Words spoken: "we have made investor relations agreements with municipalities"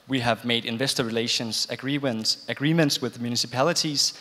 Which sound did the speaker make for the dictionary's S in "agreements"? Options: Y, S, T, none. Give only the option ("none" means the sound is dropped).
S